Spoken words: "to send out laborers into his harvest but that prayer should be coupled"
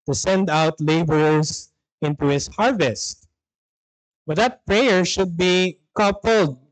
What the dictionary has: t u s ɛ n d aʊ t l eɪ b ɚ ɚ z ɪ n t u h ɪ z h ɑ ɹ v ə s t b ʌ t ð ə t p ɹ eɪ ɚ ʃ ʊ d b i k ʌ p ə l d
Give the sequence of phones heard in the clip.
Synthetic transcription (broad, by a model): t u s ɛ n d aʊ t l eɪ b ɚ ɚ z ɪ n t u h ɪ s h ɑ ɹ v ə s t b ʌ t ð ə t p ɹ eɪ ɚ ʃ ʊ d b i k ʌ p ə l d